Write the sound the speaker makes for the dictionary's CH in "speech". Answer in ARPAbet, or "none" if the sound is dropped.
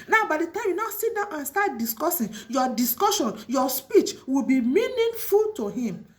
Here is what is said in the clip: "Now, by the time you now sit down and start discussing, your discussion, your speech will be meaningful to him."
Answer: CH